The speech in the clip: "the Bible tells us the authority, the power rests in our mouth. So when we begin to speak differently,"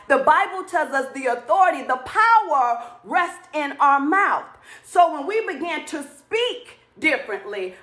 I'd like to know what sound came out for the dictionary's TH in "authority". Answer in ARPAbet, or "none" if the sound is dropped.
TH